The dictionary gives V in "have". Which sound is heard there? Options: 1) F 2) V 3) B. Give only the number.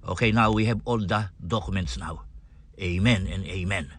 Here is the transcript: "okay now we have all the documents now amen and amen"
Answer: 3